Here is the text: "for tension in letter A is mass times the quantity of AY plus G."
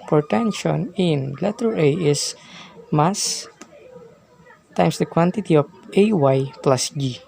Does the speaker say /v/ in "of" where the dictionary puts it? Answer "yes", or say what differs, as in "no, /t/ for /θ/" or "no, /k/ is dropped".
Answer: no, /w/ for /v/